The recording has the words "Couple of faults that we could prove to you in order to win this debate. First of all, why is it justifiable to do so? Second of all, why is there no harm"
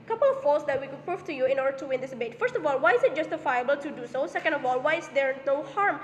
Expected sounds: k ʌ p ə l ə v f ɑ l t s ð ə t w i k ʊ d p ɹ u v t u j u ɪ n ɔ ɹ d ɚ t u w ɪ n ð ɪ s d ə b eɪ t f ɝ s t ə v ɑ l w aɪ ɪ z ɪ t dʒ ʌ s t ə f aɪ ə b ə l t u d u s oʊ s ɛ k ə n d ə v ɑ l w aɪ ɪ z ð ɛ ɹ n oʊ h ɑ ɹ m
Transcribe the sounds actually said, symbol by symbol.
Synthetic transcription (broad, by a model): k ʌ p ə l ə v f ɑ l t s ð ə t w i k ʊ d p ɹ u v t u j u ɪ n ɔ ɹ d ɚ t u w ɪ n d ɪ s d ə b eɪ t f ɝ s t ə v ɑ l w aɪ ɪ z ɪ t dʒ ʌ s t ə f aɪ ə b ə l t u d u s oʊ s ɛ k ə n d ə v ɑ l w aɪ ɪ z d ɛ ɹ n oʊ h ɑ ɹ m